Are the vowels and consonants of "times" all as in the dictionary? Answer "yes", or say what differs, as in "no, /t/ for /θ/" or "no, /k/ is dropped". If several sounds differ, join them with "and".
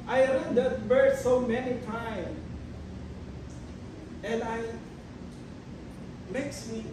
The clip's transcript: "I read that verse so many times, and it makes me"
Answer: no, /z/ is dropped